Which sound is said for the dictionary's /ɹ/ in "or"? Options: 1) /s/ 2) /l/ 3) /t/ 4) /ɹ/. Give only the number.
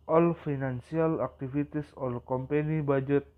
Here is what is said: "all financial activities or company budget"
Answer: 2